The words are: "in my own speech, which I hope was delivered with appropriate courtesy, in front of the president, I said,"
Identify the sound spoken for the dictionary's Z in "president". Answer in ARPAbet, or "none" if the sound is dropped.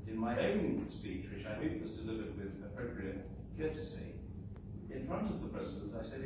Z